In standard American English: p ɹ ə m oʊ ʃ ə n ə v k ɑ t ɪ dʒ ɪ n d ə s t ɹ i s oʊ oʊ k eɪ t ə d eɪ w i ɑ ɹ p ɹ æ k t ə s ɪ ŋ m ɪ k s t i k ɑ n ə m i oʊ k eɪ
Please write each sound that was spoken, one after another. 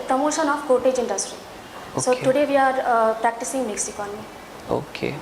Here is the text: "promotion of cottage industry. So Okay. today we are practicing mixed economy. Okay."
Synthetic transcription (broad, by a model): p ɹ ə m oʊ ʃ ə n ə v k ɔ t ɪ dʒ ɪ n d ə s t ɹ i s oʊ oʊ t ə d eɪ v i ɑ ɹ p ɹ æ k t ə s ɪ ŋ m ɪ k s i k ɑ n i oʊ k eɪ